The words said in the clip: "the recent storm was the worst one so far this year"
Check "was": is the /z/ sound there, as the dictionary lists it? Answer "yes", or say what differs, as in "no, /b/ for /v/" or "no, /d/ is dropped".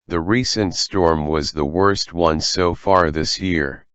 yes